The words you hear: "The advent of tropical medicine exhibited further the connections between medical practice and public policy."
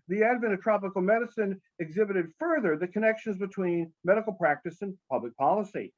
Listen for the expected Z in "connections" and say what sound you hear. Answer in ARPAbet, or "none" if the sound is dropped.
Z